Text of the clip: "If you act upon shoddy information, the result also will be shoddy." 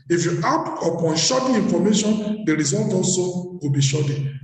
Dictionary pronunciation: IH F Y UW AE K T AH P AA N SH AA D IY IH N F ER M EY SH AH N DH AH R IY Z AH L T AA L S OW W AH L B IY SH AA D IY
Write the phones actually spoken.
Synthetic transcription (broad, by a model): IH F Y UW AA T AH P AA N SH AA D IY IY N F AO M EY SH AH N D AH R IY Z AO L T AA L S OW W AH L B IY SH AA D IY